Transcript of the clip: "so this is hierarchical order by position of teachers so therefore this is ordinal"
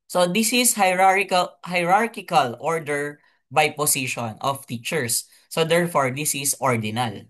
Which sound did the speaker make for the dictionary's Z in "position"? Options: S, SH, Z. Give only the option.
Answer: S